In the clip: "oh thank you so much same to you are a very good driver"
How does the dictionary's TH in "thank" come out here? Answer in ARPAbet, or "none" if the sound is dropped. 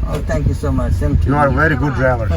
T